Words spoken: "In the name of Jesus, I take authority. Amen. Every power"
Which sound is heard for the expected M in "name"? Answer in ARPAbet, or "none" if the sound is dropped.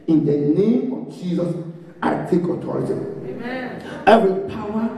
M